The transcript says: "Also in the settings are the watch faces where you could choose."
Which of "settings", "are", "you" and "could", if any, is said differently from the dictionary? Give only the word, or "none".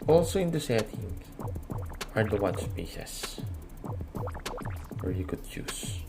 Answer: settings